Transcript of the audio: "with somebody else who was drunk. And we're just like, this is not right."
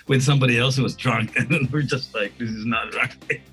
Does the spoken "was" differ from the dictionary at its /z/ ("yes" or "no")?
no